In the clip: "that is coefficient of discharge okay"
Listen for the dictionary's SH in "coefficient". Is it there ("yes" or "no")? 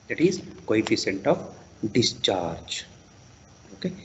no